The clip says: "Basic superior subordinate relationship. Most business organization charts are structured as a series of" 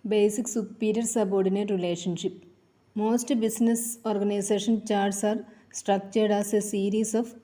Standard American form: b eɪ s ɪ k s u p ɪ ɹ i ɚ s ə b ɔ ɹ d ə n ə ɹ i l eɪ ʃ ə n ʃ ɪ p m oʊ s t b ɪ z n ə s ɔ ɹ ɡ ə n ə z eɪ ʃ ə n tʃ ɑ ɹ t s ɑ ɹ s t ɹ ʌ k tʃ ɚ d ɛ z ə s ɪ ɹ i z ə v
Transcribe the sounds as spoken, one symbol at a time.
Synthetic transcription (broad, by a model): b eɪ s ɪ k s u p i ɹ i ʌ s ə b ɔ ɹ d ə n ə ɹ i l eɪ ʃ ə n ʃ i p m oʊ s t b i s n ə s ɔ ɹ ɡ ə n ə s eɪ ʃ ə n tʃ ɑ ɹ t s ɑ ɹ s t ɹ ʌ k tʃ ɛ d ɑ s ə s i ɹ i s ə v